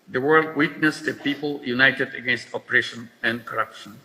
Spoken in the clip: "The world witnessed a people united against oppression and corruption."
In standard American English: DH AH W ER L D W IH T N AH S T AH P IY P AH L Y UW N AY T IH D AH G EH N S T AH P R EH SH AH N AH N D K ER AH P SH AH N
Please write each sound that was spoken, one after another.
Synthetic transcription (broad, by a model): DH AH W ER L D W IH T N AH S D AH P IY P AH L Y UW N AY T IH D AH G EH N S T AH P R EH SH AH N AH N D K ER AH P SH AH N